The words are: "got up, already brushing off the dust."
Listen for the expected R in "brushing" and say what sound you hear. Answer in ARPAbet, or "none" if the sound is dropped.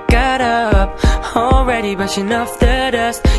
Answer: none